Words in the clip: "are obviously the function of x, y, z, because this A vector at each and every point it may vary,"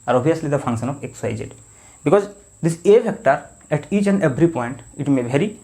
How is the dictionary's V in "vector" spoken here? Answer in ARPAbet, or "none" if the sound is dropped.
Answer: F